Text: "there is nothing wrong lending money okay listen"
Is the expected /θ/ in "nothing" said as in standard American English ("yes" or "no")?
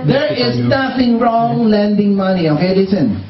no